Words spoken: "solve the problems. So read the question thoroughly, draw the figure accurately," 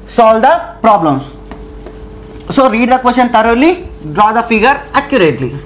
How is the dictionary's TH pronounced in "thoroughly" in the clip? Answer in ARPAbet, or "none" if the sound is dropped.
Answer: T